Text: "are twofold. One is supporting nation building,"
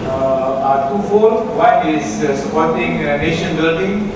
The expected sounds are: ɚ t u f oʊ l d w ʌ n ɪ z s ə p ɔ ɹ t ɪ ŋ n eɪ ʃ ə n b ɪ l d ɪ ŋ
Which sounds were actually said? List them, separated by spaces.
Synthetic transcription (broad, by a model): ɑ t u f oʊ d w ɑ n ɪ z s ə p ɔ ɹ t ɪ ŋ n eɪ ʃ ə n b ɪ l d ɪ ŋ